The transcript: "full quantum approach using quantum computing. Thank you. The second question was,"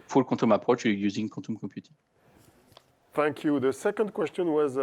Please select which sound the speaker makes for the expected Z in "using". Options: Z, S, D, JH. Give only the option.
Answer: Z